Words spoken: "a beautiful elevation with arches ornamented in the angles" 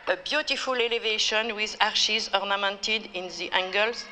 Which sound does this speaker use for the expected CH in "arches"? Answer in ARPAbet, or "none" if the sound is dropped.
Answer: SH